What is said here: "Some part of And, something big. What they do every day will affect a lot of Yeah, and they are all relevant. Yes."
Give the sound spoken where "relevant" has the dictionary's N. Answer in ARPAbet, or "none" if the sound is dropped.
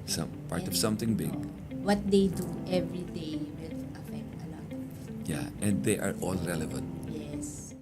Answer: N